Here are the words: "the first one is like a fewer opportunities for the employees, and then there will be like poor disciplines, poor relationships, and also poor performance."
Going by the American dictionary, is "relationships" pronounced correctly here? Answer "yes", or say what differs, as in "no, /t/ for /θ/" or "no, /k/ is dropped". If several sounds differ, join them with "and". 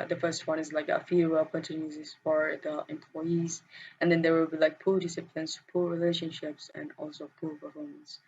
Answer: yes